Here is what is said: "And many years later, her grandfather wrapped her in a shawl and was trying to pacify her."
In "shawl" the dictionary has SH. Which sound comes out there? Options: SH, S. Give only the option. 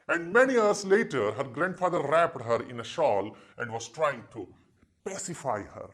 SH